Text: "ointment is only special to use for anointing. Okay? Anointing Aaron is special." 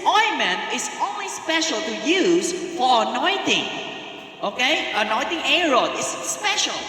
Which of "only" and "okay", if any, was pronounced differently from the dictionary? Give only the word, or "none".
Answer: none